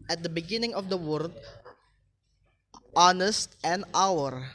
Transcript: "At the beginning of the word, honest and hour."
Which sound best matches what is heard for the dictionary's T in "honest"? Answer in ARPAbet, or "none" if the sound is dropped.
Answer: T